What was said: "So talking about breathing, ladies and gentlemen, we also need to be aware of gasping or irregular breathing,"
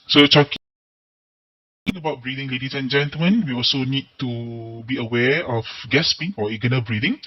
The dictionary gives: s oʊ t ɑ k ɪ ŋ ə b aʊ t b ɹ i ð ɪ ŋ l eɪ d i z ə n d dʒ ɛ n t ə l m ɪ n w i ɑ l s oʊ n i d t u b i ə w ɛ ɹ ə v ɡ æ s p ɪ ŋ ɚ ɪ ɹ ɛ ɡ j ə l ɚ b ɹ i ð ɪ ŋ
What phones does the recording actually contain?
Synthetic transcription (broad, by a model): s oʊ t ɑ k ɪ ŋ ə b aʊ t b ɹ i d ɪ ŋ l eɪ d i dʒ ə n dʒ ɛ n t ə l m ɪ n w i ɑ l s oʊ n i d t u b i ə w ɛ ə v ɡ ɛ s p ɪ ŋ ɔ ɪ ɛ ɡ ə n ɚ b ɹ i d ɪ ŋ